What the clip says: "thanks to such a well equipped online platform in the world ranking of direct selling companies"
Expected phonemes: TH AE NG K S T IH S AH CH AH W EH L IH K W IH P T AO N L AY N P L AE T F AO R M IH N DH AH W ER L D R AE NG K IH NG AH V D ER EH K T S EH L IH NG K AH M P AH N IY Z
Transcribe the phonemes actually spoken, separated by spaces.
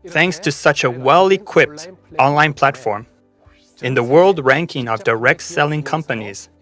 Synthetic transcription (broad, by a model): TH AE NG K S T IH S AH CH AH W EH L IH K W IH P T AO N L AY N P L AE T F AO R M IH N DH AH W ER L D R AE NG K IH NG AH V D ER EH K T S EH L IH NG K AH M P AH N IY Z